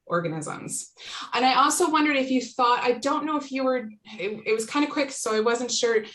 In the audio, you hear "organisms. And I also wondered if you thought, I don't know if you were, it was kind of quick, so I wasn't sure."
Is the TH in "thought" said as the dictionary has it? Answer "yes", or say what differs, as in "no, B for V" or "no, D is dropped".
yes